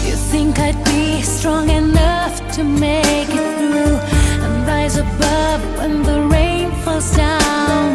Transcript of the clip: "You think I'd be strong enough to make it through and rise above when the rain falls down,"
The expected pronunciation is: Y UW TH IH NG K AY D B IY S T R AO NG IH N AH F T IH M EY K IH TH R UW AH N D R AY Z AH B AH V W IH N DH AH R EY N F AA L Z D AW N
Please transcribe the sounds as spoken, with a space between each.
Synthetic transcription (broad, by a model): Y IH TH IH NG K AY D B IY S T R AO NG IH N AH F T IH M EY K IH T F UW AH N R AY Z AH B AH V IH N DH AH R EY N F AA L Z D AW N